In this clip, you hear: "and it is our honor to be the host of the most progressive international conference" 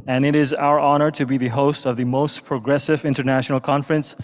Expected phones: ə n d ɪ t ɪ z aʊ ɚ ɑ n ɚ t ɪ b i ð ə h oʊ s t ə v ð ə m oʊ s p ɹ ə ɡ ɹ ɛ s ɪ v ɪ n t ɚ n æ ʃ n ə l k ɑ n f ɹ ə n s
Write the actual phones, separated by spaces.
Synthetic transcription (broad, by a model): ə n ɪ t ɪ z aʊ ɚ ɑ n ɚ t ɪ b i ð ə h oʊ s t ə v ð ə m oʊ s p ɹ ə ɡ ɹ ɛ s ɪ v ɪ n t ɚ n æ ʃ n l k ɑ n f ɹ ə n s